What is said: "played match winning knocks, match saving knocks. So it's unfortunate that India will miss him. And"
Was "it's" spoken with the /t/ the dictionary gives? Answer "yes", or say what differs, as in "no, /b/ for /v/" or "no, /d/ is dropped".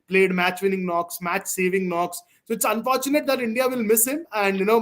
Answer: yes